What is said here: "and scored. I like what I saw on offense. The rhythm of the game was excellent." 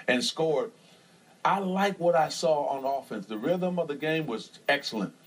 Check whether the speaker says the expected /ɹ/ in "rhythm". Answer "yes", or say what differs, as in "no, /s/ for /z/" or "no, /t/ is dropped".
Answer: yes